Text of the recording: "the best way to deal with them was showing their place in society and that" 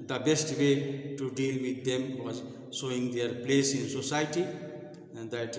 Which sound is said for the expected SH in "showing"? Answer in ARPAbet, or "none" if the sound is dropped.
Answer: S